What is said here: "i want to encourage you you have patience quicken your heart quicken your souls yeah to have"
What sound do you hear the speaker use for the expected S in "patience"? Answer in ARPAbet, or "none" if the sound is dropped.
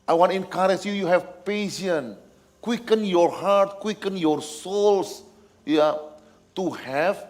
none